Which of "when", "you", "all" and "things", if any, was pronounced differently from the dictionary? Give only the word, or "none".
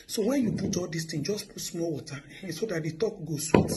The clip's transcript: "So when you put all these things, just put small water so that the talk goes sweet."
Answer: things